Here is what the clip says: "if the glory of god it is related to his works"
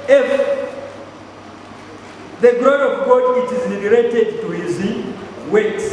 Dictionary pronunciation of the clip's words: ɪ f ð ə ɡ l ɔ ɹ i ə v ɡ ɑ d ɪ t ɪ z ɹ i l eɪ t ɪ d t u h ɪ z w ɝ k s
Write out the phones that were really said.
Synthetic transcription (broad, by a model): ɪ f ð ə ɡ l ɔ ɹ ə v ɡ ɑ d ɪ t ɪ z l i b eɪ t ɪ d t u h ɪ z w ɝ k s